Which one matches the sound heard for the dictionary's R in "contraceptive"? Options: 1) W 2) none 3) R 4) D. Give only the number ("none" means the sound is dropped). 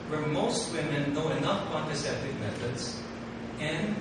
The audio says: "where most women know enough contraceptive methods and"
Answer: 2